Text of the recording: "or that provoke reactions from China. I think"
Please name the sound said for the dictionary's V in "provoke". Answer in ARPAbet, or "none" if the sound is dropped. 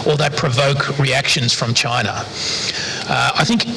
V